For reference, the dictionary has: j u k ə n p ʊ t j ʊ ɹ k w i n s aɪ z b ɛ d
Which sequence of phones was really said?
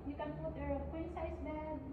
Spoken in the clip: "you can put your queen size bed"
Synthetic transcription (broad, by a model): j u k ə n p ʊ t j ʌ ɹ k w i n s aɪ s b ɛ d